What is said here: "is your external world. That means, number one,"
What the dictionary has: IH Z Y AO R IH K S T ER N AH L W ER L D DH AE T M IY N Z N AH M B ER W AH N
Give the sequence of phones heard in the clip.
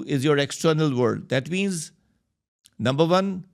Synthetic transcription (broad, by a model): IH Z Y AO R IH K S T ER N AH L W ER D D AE T M IY N Z N AH M B ER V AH N